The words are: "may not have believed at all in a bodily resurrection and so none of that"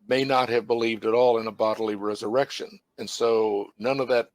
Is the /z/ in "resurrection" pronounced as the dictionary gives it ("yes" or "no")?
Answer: yes